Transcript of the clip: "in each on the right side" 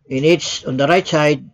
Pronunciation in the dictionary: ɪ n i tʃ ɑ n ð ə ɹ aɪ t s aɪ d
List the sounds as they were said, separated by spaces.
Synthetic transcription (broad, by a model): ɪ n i s ɑ n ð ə ɹ aɪ t s aɪ d